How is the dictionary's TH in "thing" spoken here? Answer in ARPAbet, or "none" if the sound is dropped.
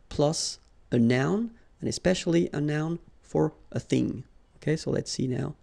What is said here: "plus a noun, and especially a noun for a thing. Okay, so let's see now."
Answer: TH